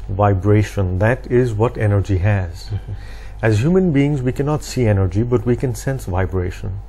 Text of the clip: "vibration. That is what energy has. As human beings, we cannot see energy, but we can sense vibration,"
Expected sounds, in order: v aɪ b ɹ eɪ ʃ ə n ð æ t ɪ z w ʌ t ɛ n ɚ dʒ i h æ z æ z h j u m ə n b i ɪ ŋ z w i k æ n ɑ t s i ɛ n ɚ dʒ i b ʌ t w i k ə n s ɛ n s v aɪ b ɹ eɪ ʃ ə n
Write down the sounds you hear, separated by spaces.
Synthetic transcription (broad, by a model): v aɪ b ɹ eɪ ʃ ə n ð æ t ɪ z w ʌ t ɛ n ɚ dʒ i h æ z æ z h j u m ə n b i ɪ ŋ z w i k æ n ɑ t s i ɛ n ɚ dʒ i b ʌ t w i k ə n s ɛ n s v aɪ b ɹ eɪ ʃ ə n